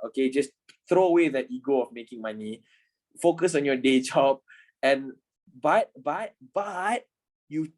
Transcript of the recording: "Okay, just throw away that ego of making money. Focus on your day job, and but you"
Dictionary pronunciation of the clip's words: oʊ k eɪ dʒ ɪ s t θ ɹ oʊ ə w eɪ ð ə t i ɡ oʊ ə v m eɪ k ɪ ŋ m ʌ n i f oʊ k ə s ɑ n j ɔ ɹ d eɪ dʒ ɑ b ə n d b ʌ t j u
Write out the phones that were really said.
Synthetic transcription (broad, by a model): oʊ k eɪ dʒ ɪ s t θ ɹ oʊ ə w eɪ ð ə t i ɡ oʊ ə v m eɪ k ɪ ŋ m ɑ n i f oʊ k ə s ɑ n j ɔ d eɪ dʒ ɑ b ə n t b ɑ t j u